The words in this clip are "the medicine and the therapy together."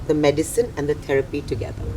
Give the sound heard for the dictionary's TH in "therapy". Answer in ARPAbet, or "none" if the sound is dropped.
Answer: T